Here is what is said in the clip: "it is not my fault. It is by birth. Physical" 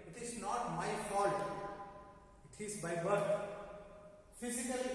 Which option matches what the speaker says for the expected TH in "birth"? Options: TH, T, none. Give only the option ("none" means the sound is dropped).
T